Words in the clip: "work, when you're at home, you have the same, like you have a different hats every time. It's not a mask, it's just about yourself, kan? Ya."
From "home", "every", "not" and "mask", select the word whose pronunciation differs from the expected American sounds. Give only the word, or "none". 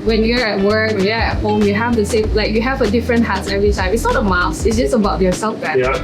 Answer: mask